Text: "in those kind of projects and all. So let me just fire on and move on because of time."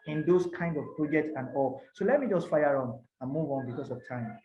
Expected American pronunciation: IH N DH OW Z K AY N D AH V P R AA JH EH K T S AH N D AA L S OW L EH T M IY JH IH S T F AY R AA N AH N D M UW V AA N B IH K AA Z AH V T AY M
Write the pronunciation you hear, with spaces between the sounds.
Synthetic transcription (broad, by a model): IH N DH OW S K AY N D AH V P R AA JH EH K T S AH N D AA L S OW L EH T M IY JH IH S T F AY R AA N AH N M UW V AA N B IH K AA S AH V T AY M